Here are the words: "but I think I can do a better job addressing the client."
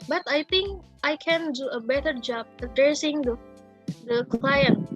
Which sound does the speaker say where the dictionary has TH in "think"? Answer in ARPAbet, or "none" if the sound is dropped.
T